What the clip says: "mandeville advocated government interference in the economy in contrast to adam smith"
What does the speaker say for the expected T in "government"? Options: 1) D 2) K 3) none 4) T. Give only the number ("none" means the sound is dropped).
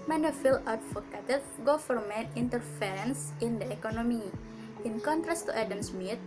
3